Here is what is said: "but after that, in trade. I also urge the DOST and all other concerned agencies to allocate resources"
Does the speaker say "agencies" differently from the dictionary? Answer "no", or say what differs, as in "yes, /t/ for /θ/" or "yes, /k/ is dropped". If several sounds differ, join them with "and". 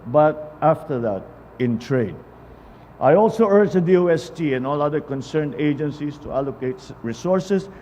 yes, /s/ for /z/